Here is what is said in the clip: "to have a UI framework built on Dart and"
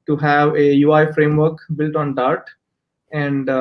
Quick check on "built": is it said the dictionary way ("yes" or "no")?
yes